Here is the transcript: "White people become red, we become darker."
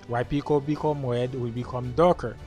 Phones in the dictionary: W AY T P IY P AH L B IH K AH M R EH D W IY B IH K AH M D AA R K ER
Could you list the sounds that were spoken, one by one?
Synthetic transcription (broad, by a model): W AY P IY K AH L B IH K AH M W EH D W IY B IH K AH M D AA K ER